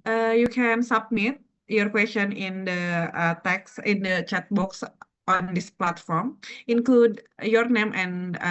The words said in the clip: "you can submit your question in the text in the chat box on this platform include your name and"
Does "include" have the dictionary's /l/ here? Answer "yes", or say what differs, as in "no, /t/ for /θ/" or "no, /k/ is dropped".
yes